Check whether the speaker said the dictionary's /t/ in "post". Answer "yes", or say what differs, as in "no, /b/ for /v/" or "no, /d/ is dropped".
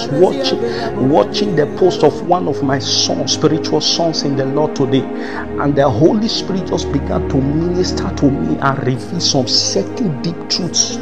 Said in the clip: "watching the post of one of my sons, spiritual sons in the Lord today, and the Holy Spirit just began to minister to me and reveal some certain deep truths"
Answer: yes